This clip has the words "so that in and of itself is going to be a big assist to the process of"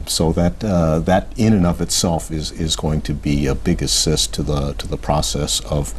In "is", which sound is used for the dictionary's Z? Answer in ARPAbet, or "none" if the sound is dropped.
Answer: Z